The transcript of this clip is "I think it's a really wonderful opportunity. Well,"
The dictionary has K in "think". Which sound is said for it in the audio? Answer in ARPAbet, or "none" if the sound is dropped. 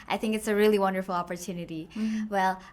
K